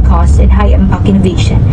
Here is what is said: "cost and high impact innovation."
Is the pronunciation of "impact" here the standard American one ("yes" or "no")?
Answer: no